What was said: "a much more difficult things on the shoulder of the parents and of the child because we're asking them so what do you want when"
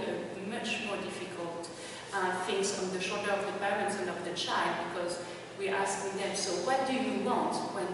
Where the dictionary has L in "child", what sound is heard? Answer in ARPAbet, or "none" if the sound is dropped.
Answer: L